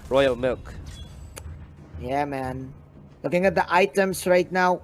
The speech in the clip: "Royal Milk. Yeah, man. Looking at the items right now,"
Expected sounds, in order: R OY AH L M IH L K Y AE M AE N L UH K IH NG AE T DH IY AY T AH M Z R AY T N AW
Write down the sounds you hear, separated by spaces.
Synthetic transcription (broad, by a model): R OY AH L M IH L K Y AE M AE N L UH K IH NG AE T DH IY AY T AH M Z R AY T N AW